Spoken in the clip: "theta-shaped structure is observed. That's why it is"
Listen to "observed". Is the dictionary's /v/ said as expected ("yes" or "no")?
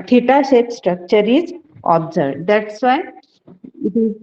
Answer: no